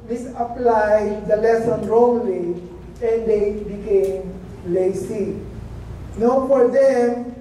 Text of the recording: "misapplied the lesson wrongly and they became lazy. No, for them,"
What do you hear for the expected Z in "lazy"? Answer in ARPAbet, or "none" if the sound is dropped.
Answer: S